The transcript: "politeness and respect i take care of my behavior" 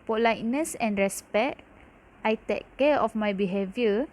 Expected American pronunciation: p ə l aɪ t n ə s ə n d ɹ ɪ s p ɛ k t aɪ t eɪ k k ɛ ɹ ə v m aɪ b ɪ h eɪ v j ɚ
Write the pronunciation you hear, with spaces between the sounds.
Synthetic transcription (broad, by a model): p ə l aɪ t n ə s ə n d ɹ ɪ s p ɛ t aɪ t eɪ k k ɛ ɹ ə f m aɪ b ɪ h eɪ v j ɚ